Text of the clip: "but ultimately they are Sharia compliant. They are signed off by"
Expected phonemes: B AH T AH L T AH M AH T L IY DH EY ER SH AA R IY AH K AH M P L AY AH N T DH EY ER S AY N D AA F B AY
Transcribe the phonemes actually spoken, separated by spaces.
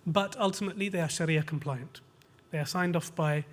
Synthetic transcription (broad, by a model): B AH T AH L T AH M AH T L IY DH EY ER SH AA R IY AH K AH M P L AY AH N T DH EY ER S AY N D AA F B AY